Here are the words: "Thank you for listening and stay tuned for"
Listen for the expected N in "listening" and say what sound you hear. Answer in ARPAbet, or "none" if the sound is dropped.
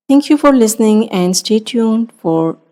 N